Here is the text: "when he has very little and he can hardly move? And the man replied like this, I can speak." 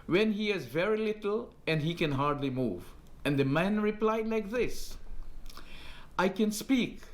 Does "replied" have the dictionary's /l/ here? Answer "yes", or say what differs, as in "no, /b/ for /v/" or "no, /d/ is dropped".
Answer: yes